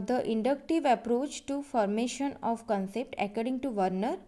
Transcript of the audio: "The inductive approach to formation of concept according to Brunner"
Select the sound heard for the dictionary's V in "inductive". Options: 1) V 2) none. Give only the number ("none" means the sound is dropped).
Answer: 1